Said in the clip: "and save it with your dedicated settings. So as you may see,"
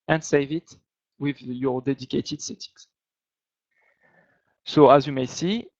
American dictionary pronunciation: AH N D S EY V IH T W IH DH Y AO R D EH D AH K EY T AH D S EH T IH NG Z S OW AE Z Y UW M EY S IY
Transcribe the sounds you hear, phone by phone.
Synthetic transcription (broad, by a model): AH N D S EY V IH T W IH DH Y AO R D EH D AH K EY T AH D S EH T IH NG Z S OW AE Z Y UW M EY S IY